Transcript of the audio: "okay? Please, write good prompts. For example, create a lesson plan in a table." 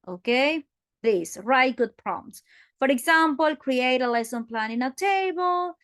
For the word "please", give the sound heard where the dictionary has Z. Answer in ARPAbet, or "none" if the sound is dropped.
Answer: S